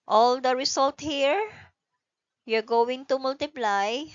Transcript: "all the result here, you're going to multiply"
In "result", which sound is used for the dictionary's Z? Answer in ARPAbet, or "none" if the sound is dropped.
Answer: S